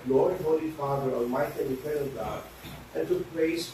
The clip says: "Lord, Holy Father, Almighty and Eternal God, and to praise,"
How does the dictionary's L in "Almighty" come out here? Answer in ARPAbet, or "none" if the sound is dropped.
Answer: none